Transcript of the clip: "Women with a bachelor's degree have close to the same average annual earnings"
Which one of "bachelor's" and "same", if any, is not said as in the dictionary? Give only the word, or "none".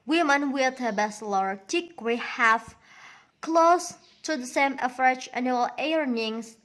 bachelor's